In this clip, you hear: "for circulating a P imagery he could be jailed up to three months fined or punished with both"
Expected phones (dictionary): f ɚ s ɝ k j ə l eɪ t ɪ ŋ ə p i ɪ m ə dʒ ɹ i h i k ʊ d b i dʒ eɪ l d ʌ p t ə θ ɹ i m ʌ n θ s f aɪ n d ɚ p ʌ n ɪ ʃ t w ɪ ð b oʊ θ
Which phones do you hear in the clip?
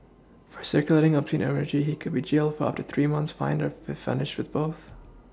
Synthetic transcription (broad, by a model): f ɚ s ɝ k j ə l eɪ t ɪ ŋ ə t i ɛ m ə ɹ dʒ i h i k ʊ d b i dʒ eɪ l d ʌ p t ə θ ɹ i m ʌ n θ s f aɪ n d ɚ f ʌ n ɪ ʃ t w ɪ ð b oʊ θ